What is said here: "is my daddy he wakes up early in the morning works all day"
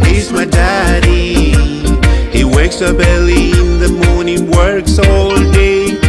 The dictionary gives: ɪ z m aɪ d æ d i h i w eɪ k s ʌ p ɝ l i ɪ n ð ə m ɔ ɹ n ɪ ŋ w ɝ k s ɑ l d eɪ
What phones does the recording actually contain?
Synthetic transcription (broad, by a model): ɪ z m aɪ d æ d i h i w eɪ k s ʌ b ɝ l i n ð ə m ɔ ɹ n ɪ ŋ w ɝ k s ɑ l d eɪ